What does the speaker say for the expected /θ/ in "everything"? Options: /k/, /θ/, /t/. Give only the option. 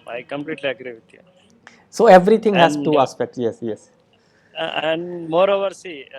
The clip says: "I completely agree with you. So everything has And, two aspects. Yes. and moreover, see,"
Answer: /t/